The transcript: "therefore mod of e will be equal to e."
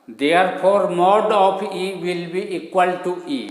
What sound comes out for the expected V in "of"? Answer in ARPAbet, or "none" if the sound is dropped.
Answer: P